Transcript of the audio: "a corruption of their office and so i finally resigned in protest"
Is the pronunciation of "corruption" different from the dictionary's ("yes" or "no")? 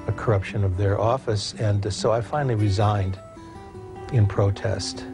no